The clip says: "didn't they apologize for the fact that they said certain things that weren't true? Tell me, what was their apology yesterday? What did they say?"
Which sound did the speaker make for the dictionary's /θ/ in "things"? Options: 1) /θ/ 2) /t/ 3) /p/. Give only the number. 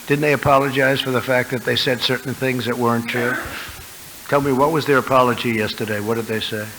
1